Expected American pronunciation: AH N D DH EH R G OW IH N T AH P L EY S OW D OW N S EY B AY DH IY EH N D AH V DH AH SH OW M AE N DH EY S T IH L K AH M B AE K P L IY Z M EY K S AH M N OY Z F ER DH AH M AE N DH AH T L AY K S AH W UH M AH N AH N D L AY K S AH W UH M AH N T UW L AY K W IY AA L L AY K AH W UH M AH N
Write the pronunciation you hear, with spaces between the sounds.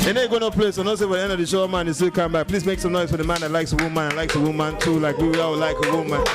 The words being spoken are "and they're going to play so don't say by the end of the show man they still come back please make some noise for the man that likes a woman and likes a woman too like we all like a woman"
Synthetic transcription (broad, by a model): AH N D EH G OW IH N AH P L EY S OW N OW S EY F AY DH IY EH N D AH V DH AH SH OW M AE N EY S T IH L K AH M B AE K P L IY Z M EY K S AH M N OY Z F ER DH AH M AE N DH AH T L AY K S AH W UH M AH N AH L AY K S AH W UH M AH N T UW L AY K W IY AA W L AY K AH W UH M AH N